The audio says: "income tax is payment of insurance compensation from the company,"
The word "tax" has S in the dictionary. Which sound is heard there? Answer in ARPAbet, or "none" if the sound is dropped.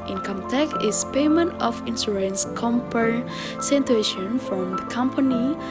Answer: none